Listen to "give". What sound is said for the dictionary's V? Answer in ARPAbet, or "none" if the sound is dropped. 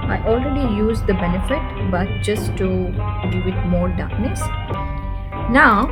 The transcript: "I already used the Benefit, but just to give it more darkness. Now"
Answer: none